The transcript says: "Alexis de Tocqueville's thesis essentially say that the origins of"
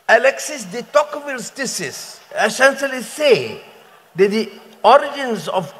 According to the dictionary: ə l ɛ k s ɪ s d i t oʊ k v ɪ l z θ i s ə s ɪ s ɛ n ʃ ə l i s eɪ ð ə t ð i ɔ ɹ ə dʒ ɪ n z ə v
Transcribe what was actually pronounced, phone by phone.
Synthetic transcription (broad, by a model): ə l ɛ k s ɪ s d i t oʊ k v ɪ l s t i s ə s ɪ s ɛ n s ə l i s eɪ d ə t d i ɔ ɹ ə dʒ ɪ n s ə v